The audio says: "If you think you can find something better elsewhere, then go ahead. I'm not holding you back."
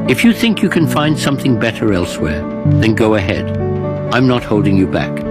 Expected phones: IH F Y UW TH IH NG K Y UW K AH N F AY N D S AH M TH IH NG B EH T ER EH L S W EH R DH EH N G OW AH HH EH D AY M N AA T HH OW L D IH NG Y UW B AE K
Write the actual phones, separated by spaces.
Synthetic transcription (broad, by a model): IH F Y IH TH IH NG K Y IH K AH N F AY N D S AH M TH IH NG B EH T ER EH L S W EH R DH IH N G OW AH HH EH D AY M N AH T HH OW L D IH NG Y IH B AE K